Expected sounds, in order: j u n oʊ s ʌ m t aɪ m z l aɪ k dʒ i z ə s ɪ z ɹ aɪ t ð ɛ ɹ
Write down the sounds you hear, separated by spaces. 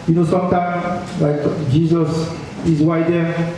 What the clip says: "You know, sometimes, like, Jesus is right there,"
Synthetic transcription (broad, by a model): j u n oʊ s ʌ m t aɪ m l aɪ k dʒ i z ə s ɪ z w aɪ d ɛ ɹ